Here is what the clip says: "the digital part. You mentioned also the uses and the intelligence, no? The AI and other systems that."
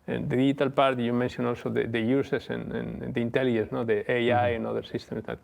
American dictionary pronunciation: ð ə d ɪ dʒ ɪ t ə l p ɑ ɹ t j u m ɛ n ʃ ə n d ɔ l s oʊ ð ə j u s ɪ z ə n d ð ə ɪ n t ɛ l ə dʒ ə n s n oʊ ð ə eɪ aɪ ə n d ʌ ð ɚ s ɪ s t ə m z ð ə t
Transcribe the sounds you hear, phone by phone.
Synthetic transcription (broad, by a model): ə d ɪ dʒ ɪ t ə l p ɑ ɹ t j u m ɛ n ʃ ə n ɔ l s oʊ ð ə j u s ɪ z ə n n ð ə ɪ n t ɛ l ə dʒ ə n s n oʊ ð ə eɪ aɪ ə n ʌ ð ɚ s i s t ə m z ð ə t